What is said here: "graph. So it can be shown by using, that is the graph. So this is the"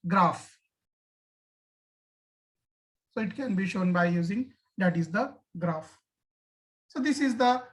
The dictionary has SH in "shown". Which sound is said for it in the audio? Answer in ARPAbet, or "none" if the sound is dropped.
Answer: SH